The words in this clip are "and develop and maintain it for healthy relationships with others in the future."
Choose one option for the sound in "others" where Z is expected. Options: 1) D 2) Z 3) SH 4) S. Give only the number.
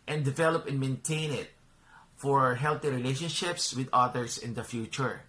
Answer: 4